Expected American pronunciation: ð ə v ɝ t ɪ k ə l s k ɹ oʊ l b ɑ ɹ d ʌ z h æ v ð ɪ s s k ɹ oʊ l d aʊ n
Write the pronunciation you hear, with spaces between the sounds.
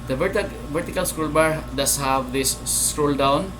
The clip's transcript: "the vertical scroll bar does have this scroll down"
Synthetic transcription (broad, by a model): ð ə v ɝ t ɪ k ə l s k ɹ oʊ l b ɑ ɹ d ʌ s h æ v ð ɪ s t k ɹ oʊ l d aʊ n